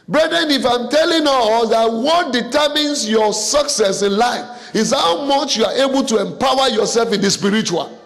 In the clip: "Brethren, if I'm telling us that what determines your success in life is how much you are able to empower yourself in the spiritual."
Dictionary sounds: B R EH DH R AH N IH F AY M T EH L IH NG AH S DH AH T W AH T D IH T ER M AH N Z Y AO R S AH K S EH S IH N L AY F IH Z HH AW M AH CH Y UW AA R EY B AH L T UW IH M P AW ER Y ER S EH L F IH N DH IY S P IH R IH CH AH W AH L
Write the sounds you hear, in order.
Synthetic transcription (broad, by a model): B R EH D R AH N IH F AY M T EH L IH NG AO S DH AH T W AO T D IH T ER M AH N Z Y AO S AH K S EH S IH N L AY F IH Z HH AW M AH CH Y UW AA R EY B AH L T UW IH M P AW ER Y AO S EH L F IH N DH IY S P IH R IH CH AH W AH L